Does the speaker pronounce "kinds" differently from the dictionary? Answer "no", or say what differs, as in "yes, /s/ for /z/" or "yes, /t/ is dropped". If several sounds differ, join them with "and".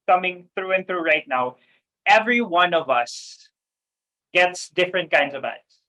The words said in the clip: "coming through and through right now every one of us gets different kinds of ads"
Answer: no